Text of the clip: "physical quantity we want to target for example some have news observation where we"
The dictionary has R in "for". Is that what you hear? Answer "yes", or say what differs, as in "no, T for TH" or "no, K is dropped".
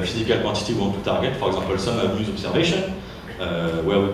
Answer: yes